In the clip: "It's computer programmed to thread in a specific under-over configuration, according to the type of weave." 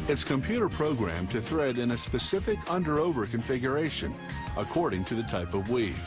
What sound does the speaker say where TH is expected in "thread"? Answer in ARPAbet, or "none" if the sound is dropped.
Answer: TH